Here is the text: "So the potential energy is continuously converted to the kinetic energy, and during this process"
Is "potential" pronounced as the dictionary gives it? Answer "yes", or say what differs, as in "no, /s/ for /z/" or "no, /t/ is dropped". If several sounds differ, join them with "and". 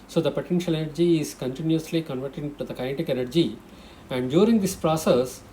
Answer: yes